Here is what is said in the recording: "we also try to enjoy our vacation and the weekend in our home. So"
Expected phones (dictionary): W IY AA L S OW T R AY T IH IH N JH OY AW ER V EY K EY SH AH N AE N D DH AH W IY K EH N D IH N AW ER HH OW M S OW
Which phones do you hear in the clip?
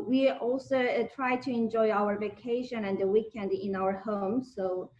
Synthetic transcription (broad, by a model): W IY AA L S OW T R AY T IH IH N JH OY AW ER V EY K EY SH AH N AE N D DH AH W IY K EH N D IH N AW ER HH OW M S OW